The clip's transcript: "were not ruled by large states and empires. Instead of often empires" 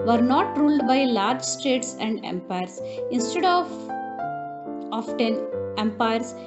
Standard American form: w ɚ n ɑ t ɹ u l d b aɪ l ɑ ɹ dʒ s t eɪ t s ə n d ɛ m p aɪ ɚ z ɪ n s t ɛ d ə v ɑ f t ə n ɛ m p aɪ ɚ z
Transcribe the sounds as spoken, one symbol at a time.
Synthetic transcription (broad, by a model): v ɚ n ɑ t ɹ u l d b aɪ l ɑ ɹ dʒ s t eɪ t s ə n d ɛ m p aɪ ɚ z ɪ n s t ɛ d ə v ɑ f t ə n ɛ m p aɪ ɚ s